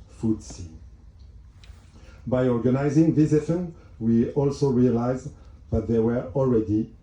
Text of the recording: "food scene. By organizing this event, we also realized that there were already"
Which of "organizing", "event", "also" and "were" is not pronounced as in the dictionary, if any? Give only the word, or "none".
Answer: event